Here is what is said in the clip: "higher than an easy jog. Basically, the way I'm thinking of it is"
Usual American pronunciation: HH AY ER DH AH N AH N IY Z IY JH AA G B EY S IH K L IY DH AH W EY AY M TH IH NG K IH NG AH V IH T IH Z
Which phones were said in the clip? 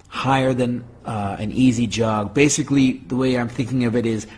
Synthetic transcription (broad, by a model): HH AY ER DH AH N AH N IY Z IY JH AA G B EY S IH K L IY DH AH W EY AY M TH IH NG K IH NG AH V IH T IH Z